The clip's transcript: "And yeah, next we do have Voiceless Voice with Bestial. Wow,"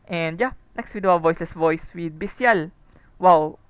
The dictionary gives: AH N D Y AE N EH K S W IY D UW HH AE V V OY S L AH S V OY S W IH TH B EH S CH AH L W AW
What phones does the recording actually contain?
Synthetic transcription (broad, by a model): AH N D Y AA N EH K S W IY D UW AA W V OY S L AH S V OY S W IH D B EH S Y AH L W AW